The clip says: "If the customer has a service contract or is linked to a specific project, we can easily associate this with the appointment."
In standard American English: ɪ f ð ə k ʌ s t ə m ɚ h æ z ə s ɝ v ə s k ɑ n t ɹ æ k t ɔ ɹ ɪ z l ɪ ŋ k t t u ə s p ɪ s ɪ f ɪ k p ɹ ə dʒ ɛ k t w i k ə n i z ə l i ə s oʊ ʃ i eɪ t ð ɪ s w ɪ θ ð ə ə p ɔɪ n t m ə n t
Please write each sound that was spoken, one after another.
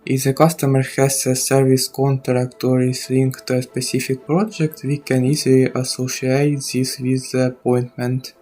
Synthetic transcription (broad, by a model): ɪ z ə k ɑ s t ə m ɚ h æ s ə s ɝ v ə s k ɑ n t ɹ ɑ k t ɔ ɹ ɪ s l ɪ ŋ k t t u ə s p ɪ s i f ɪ k p ɹ ə dʒ ɛ k t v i k ə n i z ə l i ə s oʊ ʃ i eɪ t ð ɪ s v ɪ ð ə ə p ɔɪ n t m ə n t